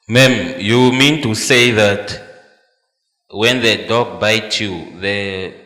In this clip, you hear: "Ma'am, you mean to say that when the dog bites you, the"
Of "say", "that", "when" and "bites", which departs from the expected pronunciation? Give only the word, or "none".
bites